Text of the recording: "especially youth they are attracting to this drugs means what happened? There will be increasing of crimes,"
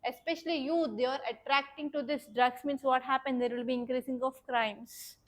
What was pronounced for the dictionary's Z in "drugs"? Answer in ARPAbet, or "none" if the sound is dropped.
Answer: S